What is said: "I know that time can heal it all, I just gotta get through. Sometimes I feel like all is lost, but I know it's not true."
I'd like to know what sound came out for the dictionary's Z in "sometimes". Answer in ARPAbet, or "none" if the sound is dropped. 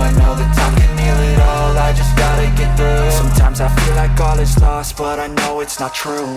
Z